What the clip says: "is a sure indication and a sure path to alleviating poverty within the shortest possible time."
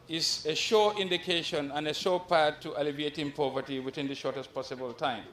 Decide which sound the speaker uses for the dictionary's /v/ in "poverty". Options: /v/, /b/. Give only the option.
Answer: /v/